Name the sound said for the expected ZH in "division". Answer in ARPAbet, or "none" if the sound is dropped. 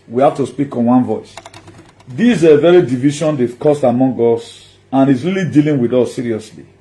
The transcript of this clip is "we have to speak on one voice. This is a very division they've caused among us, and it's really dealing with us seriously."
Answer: SH